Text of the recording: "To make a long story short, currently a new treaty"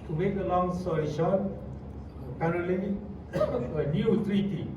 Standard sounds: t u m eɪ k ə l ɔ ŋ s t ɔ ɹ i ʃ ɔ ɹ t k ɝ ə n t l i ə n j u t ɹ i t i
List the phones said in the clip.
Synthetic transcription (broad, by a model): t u m eɪ k ə l ɔ ŋ s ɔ l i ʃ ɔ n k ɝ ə t l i ə n j u t ɹ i t i